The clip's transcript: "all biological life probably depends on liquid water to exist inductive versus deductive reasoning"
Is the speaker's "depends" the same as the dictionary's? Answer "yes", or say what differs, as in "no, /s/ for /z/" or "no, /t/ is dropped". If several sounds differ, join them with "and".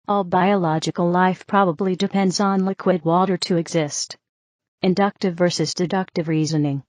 yes